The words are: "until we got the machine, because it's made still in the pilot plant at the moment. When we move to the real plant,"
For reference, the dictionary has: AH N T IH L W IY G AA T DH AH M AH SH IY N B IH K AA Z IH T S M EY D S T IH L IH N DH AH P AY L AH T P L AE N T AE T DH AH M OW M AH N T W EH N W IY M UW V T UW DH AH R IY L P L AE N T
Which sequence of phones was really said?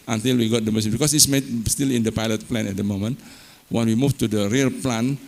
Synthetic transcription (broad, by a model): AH N T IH L W IY G AA T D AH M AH S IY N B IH K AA S IH T S M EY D S T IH L IH N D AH P AY L AH T P L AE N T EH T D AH M OW M AH N T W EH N W IY M UW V T UW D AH R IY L P L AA N